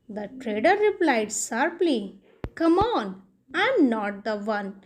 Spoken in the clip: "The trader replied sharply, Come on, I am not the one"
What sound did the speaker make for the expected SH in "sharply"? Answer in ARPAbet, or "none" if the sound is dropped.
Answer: S